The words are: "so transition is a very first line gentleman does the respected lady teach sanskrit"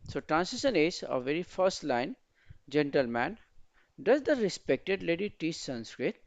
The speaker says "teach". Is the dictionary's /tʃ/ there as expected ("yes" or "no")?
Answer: no